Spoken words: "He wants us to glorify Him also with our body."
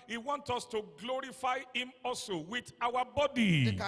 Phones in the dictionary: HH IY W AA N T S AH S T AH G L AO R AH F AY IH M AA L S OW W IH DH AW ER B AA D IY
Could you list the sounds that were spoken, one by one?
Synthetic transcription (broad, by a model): HH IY W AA N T AO S T AH G L AO R AH F AY IH M AA L S OW W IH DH AW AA B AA D IY